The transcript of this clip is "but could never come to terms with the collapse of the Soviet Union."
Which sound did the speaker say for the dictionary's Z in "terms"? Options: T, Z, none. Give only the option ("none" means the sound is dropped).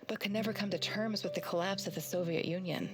Z